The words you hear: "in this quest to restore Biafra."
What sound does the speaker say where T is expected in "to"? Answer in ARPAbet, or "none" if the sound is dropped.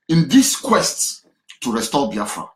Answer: S